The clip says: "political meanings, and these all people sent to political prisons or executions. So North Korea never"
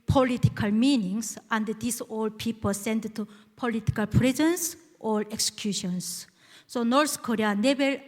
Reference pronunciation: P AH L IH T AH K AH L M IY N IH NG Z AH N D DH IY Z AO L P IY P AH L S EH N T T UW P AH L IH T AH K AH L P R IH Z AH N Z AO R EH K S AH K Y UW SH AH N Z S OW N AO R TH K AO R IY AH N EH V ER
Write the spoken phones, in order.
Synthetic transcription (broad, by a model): P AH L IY T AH K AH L M IY N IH NG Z AH N D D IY S AO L P IY P AH L S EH N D T UW P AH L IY T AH K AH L P R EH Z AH N S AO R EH K S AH K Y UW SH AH N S S OW N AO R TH K AO R IY AH N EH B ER